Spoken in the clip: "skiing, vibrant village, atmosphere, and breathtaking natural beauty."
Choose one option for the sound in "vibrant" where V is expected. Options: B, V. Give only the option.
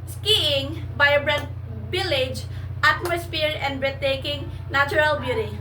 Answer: B